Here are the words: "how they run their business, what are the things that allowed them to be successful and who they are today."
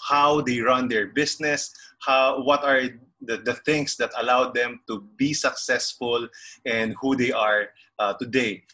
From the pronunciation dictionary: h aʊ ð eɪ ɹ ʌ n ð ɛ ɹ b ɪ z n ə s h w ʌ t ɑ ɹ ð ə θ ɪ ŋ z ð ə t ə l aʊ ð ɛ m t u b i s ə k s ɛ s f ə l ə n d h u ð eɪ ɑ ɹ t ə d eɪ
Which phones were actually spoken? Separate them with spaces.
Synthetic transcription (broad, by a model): h aʊ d eɪ ɹ ʌ n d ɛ ɹ b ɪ s n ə s h w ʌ t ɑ ɹ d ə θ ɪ ŋ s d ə t ə l aʊ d ɛ m t u b i s ə k s ɛ s f ə l ə n d h u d eɪ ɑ ɹ t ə d eɪ